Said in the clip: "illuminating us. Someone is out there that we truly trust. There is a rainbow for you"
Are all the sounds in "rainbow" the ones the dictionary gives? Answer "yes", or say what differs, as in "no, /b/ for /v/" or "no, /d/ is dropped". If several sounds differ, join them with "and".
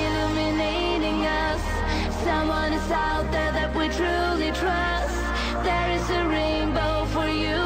yes